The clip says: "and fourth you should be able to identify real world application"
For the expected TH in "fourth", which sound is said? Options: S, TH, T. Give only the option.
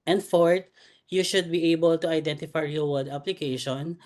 T